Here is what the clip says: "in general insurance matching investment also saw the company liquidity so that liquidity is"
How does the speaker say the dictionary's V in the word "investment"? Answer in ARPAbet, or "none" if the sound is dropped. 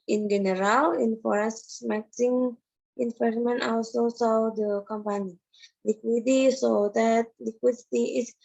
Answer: F